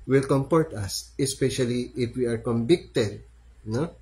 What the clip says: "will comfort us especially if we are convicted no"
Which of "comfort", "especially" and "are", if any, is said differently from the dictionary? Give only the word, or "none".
comfort